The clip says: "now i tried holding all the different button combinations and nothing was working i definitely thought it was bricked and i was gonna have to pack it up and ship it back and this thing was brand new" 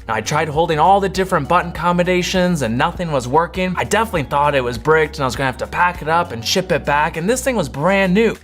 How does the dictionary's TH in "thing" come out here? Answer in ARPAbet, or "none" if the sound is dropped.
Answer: TH